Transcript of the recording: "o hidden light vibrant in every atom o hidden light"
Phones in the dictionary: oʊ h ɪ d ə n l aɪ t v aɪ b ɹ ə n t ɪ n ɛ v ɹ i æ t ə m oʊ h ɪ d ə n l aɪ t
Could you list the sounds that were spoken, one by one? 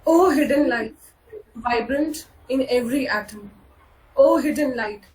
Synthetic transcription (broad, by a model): oʊ h ɪ d ə n l aɪ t v aɪ b ɹ ə n t ɪ n ɛ v ɹ i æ t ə m oʊ h ɪ d ə n l aɪ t